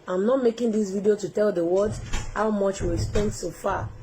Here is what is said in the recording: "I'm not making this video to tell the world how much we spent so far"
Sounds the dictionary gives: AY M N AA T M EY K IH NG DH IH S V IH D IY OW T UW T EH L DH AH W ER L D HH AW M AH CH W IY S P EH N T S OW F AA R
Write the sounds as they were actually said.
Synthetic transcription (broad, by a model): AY M N AA T M EY K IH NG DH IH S V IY D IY OW T UW T EH L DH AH W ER D HH AW M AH CH W IY S P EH N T S OW F AA